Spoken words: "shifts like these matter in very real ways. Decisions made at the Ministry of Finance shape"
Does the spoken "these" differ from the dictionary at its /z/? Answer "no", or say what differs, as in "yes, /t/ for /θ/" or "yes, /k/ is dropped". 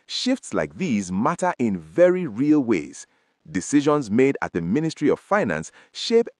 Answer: no